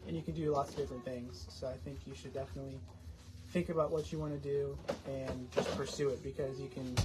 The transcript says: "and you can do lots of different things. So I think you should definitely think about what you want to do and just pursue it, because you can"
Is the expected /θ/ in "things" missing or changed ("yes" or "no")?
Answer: no